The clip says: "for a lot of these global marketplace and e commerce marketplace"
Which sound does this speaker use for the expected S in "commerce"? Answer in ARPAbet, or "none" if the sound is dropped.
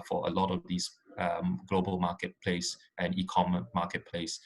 none